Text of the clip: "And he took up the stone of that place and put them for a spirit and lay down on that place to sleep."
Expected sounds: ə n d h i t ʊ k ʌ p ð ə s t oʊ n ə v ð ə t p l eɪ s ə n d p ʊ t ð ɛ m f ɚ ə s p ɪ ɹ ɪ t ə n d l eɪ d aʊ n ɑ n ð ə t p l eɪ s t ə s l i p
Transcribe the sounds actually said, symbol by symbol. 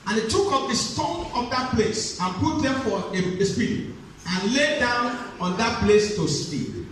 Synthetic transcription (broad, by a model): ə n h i t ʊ k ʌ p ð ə s t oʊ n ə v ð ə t p l eɪ s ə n p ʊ t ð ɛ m f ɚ ə s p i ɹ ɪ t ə n l eɪ d aʊ n ɑ n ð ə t p l eɪ s t ə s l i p